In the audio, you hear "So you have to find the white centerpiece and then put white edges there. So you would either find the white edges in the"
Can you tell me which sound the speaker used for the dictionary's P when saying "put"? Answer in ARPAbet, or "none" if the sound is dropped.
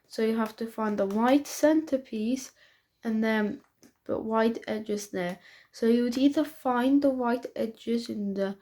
B